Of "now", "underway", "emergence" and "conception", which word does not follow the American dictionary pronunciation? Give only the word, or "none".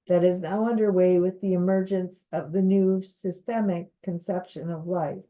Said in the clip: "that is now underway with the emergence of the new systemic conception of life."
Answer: none